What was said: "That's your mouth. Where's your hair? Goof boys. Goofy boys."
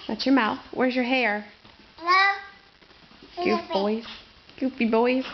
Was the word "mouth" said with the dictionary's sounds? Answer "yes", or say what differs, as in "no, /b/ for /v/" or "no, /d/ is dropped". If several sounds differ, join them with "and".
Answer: yes